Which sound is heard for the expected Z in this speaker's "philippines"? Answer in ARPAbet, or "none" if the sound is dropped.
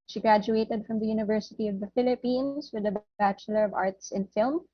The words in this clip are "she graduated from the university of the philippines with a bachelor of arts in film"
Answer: S